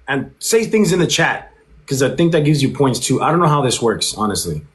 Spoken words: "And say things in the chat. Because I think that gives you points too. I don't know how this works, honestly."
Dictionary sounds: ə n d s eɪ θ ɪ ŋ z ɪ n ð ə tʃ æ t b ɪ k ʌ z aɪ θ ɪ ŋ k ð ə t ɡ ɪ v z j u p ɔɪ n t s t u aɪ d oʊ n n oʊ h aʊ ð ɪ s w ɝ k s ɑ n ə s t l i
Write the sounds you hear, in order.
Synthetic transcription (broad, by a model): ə n s eɪ θ ɪ ŋ z ɪ n ð ə tʃ æ t k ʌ z aɪ θ ɪ ŋ k ð ə t ɡ ɪ v z j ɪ p ɔɪ n t s t u aɪ d oʊ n n oʊ h aʊ ð ɪ s w ɝ k s ɑ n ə s t l i